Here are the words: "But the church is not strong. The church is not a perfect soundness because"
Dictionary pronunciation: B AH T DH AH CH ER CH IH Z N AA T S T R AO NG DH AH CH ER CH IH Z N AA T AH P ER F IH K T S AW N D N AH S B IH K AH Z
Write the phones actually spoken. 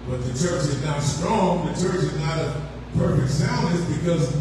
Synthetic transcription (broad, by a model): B AH T DH AH CH ER CH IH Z N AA T S T R AO NG DH AH CH ER CH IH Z N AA T AH P ER F IH K T S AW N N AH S B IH K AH Z